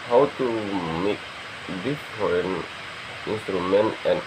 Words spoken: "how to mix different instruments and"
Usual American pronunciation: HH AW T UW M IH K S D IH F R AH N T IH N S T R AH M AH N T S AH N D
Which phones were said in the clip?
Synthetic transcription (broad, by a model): HH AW T UW M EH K D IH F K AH N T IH N S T R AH M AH N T AH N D